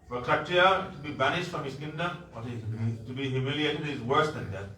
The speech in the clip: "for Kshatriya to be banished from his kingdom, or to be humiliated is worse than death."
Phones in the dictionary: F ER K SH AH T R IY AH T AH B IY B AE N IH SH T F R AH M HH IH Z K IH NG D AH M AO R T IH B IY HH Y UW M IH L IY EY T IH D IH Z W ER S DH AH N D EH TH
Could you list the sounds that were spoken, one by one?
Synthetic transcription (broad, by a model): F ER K AH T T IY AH T AH B IY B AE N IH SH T F R AH M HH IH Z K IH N D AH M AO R T IH B IY HH Y UW M IH L IY EY T IH D IH Z W ER S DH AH N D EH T